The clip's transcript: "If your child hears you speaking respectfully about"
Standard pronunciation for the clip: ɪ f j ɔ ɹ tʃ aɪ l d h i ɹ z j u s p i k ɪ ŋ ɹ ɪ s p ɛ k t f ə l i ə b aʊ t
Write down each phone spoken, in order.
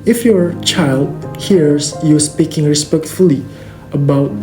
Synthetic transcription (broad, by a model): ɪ f j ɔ tʃ aɪ l d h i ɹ s j u s p i k ɪ ŋ ɹ ɪ s p ɛ k t f ə l i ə b aʊ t